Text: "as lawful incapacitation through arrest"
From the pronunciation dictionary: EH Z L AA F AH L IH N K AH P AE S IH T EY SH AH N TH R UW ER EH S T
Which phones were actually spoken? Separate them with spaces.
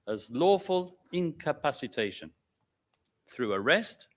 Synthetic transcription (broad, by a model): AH Z L AA F AH L IH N K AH P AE S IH T EY SH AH N TH R UW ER EH S T